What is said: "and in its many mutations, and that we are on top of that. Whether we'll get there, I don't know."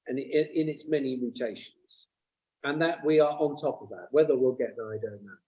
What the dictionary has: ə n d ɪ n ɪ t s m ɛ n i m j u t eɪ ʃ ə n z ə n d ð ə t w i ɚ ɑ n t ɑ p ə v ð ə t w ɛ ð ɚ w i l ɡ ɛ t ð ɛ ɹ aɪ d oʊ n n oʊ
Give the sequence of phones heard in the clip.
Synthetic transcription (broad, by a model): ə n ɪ ɪ n ɪ t s m ɛ n i m j u t eɪ ʃ ə n z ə n ð ə t w i ɚ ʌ n t ɑ p ə v ð ə t w ɛ ð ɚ w i l ɡ ɛ t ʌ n aɪ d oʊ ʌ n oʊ